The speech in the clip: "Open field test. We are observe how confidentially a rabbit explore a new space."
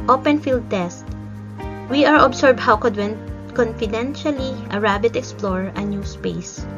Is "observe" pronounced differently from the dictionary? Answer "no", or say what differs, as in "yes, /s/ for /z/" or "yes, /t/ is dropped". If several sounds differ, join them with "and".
yes, /s/ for /z/